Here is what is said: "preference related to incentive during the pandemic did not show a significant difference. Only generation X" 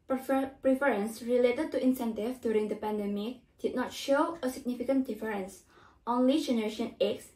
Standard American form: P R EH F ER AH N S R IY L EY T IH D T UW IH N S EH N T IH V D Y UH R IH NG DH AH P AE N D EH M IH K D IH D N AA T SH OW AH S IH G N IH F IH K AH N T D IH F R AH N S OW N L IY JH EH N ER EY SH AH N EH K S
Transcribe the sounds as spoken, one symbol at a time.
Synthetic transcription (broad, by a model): P R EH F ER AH N S R IY L EY T IH D T UW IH N S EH N T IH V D Y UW R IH NG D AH P AE N D EH M IH K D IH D N AA T SH OW AH S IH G N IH F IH K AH N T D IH F R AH N S OW N L IY JH EH N ER EY SH AH N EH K S